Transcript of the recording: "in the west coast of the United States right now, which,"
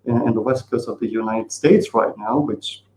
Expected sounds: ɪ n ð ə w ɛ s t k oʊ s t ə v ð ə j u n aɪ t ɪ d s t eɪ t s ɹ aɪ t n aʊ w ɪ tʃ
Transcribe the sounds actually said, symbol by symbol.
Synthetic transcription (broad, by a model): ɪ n ð ə w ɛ s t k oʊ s ə v ð ə j u n aɪ t ɪ d s t eɪ t s ɹ aɪ t n aʊ w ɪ tʃ